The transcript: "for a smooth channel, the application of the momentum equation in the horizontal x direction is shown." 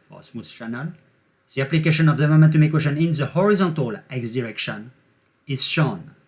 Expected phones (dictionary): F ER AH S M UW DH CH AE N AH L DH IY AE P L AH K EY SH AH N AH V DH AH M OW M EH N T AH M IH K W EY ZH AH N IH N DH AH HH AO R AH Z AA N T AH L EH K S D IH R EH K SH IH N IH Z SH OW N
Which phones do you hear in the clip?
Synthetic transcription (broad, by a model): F AH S M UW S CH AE N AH L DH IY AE P L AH K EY SH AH N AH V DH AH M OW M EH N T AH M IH K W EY SH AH N IH N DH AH HH AO R AH Z AA N T AH L EH K S D IH R EH K SH IH N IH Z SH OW N